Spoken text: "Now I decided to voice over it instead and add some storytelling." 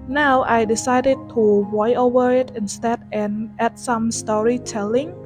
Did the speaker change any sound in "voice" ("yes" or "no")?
yes